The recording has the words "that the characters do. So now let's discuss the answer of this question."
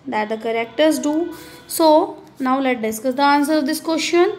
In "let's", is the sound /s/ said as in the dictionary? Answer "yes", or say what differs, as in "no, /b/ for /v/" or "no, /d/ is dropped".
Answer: no, /s/ is dropped